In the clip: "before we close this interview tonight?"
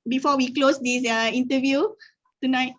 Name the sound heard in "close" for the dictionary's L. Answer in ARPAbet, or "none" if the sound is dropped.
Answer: L